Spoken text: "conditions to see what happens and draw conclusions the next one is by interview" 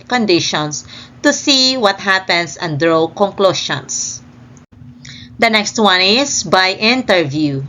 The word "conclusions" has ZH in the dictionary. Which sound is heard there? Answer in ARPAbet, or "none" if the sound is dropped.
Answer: SH